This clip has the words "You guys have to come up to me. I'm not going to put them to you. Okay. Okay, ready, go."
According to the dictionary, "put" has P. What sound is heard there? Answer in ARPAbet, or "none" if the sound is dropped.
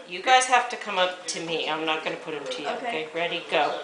P